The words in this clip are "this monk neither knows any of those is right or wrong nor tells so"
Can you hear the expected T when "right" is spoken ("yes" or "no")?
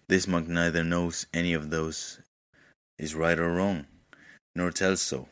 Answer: yes